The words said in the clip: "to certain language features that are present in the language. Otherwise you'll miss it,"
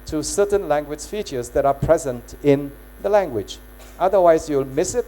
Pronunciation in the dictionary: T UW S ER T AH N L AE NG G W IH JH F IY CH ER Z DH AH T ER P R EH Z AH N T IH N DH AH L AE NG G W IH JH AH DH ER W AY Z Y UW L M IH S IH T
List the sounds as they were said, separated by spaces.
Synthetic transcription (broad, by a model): T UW S ER T AH N L AE NG G W IH JH F IY CH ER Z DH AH T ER P R EH Z AH N T IH N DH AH L AE NG G W IH JH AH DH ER W AY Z Y UW L M IH S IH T